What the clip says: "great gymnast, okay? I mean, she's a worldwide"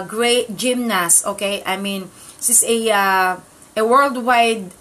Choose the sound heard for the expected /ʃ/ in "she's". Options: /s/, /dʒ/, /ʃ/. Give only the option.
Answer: /s/